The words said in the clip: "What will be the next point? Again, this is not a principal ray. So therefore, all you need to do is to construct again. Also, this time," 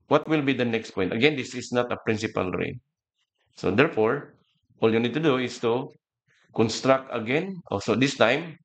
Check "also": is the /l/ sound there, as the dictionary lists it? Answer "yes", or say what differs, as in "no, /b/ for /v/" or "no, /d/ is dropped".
no, /l/ is dropped